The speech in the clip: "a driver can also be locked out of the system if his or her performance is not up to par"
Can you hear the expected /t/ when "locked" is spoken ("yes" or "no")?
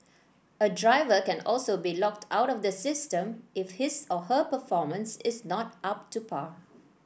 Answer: yes